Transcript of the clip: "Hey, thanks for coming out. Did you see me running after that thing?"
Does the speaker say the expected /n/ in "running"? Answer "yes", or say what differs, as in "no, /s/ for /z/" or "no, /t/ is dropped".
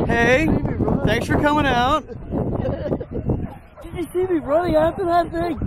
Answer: no, /l/ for /n/